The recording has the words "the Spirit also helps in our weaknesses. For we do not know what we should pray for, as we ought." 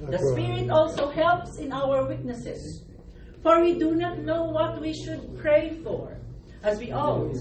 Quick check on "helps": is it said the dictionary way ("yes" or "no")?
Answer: yes